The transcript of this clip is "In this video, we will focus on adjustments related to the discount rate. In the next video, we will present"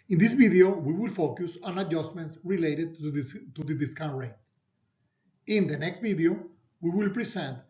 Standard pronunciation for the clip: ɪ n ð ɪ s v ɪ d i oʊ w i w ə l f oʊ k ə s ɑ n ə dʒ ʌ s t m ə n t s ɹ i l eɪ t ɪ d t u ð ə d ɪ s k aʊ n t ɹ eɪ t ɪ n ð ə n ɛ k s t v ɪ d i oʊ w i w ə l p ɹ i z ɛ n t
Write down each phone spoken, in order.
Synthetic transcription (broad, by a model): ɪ n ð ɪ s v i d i oʊ w i w ə l f oʊ k ə s ɑ n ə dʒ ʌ s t m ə n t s ɹ i l eɪ t ɪ d t u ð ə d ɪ s k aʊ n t ɹ eɪ t ɪ n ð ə n ɛ k s t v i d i oʊ w i w ə l p ɹ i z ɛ n t